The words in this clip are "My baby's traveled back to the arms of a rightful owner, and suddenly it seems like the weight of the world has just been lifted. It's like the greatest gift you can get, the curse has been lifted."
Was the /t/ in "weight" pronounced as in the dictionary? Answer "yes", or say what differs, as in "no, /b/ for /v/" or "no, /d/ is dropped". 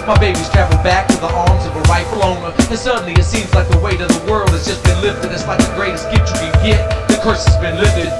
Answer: yes